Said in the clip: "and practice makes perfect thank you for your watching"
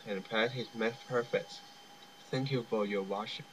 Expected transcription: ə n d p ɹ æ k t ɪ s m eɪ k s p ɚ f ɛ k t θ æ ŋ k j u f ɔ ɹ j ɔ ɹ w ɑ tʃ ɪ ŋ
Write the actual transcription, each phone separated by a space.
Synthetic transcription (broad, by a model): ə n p æ t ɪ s m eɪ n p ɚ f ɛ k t θ æ ŋ k j u f ɔ ɹ j ɔ ɹ w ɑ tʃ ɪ